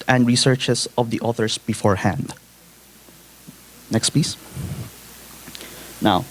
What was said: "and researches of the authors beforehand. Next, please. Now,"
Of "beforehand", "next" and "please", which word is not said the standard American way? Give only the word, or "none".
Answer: please